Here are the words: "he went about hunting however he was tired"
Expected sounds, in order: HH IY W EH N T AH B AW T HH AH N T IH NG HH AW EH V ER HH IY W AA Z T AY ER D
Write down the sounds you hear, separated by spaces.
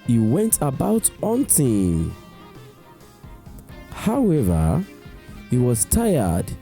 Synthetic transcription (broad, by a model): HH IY W EH N T AH B AW T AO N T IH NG HH AW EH V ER HH IY W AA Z T AY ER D